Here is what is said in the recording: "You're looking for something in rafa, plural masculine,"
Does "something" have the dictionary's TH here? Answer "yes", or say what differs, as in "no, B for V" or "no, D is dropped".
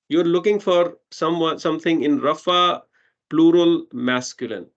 no, S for TH